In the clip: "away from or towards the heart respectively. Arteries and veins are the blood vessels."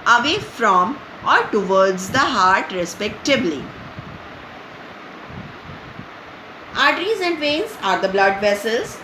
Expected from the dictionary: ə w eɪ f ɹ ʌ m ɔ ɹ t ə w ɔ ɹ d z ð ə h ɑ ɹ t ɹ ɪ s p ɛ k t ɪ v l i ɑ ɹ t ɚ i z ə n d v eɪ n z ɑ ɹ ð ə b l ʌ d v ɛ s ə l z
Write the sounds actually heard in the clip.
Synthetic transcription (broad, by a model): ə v eɪ f ɹ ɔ m ɔ ɹ t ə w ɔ ɹ d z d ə h ɑ ɹ t ɹ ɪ s p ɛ k t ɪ b l i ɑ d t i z ə n d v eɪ n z ɑ ɹ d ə b l ʌ d v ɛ s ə l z